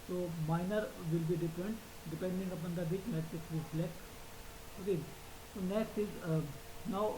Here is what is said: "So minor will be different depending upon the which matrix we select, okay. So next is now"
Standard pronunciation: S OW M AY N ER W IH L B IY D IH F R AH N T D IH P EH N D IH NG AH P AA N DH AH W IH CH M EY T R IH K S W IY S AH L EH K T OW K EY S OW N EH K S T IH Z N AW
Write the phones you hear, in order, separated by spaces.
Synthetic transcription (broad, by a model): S OW M AY N ER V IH L B IY D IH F R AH N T D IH P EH N D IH NG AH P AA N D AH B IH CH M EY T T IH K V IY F L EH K OW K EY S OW N EH K S T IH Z N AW